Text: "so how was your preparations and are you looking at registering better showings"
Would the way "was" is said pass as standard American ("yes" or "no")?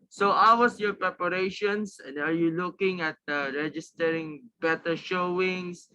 no